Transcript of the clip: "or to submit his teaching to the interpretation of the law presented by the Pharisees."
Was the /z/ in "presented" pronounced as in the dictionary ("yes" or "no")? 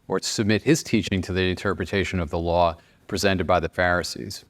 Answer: yes